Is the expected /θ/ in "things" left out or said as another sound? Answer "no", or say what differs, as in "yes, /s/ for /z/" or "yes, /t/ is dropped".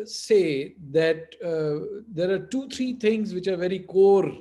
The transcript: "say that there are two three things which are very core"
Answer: yes, /t/ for /θ/